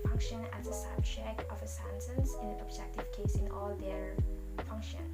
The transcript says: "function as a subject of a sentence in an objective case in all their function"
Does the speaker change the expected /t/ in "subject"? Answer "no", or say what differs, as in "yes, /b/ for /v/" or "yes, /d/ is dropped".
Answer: yes, /t/ is dropped